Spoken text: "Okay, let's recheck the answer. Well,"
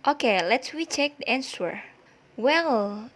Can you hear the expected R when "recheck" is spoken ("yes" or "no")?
no